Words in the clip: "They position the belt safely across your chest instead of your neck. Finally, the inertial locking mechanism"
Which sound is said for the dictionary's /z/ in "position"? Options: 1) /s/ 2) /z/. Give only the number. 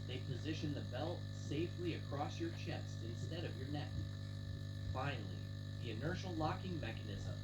2